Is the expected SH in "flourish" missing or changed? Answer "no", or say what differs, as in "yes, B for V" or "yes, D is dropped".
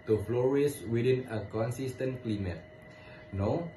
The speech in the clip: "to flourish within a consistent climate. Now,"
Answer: yes, S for SH